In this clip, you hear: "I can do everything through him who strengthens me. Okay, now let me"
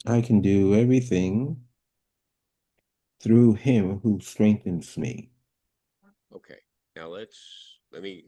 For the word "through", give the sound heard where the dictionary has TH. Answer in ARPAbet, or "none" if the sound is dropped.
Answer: TH